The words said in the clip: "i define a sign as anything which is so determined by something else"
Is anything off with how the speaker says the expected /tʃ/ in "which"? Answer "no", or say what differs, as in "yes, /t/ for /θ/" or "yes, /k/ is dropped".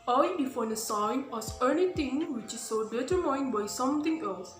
no